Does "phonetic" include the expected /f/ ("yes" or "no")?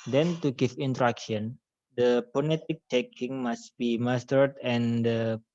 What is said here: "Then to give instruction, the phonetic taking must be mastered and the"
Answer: no